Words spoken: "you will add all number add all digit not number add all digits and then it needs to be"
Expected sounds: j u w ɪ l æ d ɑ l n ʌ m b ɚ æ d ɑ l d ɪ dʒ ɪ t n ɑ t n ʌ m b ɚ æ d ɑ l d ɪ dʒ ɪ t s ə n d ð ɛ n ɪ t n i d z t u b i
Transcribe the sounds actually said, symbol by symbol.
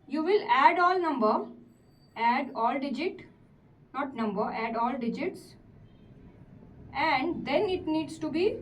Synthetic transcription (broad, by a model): j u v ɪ l æ d ɑ l n ʌ m b ɚ æ d ɑ l d ɪ dʒ ɪ t n ɑ t n ʌ m b ɚ æ d ɑ l d ɪ dʒ ɪ t s ə n d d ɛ n ɪ t n i d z t u b i